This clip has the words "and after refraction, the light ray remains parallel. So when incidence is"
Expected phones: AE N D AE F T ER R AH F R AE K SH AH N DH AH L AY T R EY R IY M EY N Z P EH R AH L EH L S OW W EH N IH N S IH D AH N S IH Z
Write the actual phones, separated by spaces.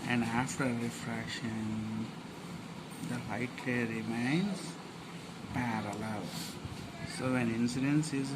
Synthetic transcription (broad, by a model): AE N D AE F T ER R AH F R AE K SH AH N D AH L AY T L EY R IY M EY N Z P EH R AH L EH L S OW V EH N IH N S IH D AH N S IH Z